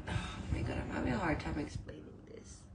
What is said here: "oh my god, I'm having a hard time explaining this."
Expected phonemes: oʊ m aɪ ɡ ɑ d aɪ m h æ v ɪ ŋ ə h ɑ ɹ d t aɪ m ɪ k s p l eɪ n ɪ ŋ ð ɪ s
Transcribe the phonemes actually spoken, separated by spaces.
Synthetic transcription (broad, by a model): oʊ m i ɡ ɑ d aɪ m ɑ b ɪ ə h ɑ ɹ d t aɪ m ɪ k s p l eɪ n ɪ ŋ ð ɪ s